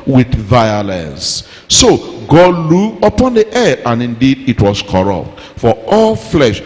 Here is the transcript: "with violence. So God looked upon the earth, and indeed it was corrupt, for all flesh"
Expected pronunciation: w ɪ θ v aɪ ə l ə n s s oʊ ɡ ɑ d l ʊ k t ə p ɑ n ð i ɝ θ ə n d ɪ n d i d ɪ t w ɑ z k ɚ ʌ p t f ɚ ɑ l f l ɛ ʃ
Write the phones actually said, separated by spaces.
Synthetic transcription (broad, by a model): w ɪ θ v aɪ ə l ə n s s oʊ ɡ ɑ d l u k ə p ɑ n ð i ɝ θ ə n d ɪ n d i d ɪ t w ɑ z k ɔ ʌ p t f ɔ ɑ l f l ɛ ʃ